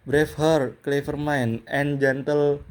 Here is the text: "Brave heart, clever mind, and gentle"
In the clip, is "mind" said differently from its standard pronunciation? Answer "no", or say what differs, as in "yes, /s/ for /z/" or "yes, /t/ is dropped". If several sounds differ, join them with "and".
yes, /d/ is dropped